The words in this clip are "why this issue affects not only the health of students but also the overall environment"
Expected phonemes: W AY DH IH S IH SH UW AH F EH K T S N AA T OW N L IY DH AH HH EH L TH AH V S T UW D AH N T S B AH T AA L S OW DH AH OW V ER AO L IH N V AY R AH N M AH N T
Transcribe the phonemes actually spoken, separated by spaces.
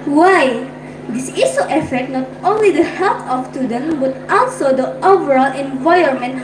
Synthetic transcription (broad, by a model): W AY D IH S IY S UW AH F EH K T N AA T OW N L IY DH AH HH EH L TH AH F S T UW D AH N B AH T AA L S OW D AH OW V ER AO L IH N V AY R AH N M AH N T